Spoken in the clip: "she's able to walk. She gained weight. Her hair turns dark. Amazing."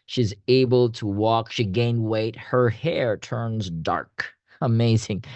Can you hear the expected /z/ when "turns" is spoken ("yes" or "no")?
yes